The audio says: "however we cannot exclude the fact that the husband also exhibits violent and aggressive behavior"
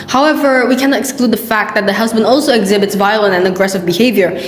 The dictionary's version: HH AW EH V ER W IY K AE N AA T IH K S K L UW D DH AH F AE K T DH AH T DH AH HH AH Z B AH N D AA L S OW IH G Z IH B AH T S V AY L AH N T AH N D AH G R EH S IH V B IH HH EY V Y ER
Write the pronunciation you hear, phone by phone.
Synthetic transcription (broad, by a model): HH AW EH V ER W IY K AE N AA T IH K S K L UW D DH AH F AE K T DH AH T DH AH HH AH Z B AH N D AA L S OW IH G Z IH B AH T S V AY L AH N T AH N AH G R EH S IH V B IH HH EY V Y ER